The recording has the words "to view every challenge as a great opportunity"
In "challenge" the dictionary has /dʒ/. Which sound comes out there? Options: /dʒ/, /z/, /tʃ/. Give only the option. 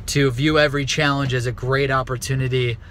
/dʒ/